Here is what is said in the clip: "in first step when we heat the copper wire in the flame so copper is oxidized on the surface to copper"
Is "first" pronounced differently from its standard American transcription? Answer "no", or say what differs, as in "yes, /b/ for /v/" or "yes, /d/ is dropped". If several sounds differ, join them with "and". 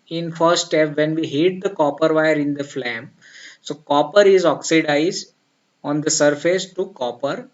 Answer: yes, /s/ is dropped